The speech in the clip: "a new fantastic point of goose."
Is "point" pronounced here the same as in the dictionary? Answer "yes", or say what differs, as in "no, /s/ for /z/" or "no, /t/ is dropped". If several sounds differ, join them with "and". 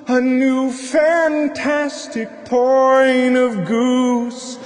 no, /t/ is dropped